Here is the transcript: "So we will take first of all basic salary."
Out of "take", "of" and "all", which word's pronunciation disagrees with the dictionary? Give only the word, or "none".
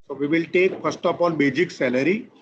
of